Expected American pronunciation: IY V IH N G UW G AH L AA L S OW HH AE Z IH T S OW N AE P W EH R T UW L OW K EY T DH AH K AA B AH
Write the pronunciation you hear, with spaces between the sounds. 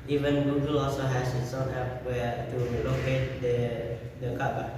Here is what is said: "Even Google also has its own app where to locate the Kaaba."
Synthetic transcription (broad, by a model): IY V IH N G UW G AH L AA L S OW HH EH S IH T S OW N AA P W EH T UW L OW K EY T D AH K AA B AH